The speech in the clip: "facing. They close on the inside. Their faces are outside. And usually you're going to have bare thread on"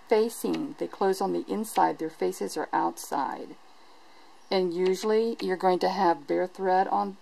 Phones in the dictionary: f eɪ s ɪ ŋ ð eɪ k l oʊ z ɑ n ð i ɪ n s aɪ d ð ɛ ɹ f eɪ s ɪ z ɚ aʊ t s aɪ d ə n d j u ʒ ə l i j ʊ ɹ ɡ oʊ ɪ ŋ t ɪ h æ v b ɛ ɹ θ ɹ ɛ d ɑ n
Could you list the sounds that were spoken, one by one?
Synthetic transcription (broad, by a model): f eɪ s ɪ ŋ ð eɪ k l oʊ z n ð i ɪ n s aɪ d ð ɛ ɹ f eɪ s ɪ z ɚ aʊ t s aɪ d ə n j u ʒ l i j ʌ ɹ ɡ oʊ ɪ ŋ t ɪ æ v b ɛ ɹ θ ɹ ɛ d n